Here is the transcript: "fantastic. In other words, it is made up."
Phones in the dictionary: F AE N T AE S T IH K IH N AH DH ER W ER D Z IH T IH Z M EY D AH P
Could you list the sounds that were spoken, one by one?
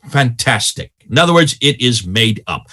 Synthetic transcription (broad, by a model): F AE N T AE S T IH K IH N AH DH ER W ER D Z IH T IH Z M EY D AH P